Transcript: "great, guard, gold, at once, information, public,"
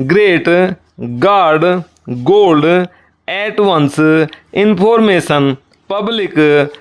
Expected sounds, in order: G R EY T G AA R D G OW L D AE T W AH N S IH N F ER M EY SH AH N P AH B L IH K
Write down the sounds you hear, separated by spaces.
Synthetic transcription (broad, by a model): G R EY T G AA R D G OW L D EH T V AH N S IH N P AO M EY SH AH N P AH B L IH K